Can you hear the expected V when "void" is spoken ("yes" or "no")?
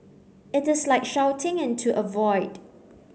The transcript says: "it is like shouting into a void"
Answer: yes